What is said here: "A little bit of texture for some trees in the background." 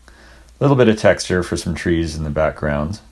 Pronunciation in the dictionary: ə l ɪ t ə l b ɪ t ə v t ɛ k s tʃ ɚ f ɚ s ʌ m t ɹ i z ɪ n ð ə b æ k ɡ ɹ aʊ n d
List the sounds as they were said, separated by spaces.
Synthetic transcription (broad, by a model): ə l ɪ t l b ɪ t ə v t ɛ k s tʃ ɚ f ɚ s ʌ m t ɹ i z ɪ n ð ə b æ k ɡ ɹ aʊ n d